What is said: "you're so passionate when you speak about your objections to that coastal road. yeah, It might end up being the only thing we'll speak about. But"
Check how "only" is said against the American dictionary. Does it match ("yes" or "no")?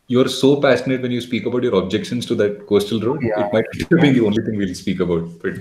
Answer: yes